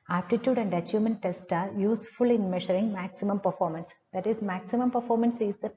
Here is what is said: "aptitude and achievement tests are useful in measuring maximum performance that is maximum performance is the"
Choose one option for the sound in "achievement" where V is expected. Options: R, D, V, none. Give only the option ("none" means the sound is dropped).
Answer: none